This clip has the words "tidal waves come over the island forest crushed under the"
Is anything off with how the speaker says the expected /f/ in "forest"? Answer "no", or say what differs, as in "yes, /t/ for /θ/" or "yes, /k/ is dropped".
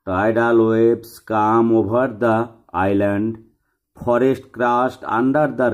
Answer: yes, /p/ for /f/